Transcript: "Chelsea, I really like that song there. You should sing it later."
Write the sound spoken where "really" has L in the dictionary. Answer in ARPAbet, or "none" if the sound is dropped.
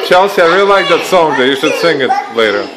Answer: none